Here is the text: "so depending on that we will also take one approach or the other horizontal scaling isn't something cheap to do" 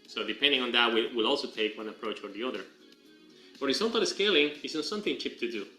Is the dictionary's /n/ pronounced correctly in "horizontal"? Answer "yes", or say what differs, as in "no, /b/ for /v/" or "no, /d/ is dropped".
no, /l/ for /n/